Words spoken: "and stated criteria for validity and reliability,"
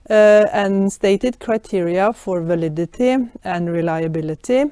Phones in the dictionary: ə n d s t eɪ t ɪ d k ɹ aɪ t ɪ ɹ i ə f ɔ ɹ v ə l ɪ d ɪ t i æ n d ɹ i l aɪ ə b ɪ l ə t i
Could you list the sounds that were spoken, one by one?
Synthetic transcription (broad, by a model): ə n s t eɪ t ɪ d k ɹ aɪ t ɪ ɹ i ə f ɔ ɹ v ə l ɪ d ɪ t i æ n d ɹ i l aɪ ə b ɪ l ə t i